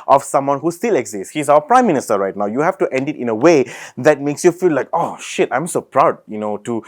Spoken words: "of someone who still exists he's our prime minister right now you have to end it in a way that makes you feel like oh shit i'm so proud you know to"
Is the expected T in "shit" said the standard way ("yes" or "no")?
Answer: yes